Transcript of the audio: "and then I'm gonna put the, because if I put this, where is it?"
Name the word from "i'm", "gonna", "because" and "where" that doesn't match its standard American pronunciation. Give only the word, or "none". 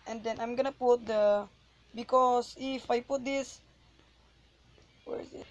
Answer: because